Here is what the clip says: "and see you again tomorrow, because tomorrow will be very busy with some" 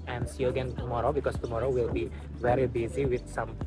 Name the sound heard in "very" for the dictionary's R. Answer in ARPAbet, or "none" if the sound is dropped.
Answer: R